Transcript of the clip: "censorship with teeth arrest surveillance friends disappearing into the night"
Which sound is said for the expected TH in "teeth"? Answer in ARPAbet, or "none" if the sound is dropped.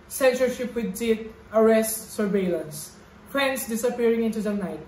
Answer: T